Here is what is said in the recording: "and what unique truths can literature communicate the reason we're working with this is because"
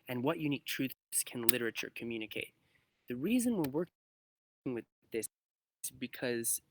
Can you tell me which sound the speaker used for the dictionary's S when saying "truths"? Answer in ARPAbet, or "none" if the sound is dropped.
S